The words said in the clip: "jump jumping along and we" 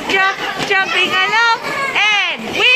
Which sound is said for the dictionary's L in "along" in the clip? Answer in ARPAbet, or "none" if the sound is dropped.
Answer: N